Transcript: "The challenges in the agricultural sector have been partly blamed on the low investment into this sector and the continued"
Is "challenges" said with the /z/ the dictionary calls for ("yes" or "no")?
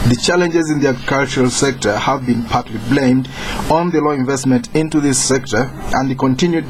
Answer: yes